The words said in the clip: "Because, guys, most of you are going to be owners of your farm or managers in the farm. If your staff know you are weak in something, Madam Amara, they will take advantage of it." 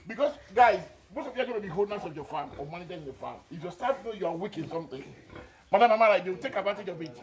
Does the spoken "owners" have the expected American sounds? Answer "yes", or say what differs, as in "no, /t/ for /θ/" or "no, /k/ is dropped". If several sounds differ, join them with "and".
no, /s/ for /z/